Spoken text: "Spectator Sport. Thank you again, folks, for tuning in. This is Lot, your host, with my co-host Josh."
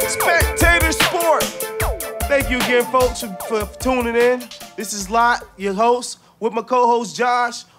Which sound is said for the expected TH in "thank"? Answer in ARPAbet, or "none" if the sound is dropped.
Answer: TH